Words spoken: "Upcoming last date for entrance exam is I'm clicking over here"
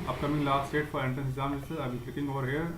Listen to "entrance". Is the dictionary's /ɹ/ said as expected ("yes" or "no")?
no